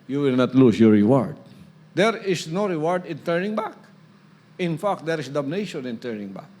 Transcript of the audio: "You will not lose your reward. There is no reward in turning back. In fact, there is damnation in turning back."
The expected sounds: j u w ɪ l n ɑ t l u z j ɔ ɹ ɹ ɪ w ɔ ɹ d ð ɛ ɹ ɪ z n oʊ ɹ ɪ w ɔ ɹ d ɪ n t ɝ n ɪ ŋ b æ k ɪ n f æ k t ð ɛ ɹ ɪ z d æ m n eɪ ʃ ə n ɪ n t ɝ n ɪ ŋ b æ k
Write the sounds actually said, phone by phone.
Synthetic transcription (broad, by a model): j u w ɪ l n ɑ t l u s j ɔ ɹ ɹ ɪ w ɔ ɹ d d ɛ ɹ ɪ s n oʊ ɹ ɪ w ɔ ɹ d ɪ n t ɝ n ɪ ŋ b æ k ɪ n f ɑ k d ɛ ɹ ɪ s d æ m n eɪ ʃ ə n ɪ n t ɝ n ɪ ŋ b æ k